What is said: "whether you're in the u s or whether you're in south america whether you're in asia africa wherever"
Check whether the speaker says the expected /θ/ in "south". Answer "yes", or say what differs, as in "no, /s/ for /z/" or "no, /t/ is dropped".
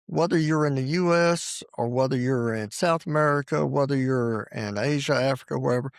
yes